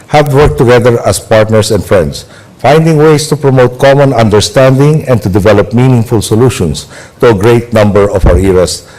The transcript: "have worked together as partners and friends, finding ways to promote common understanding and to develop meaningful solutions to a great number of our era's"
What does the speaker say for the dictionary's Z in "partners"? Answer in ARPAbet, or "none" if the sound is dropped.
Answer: S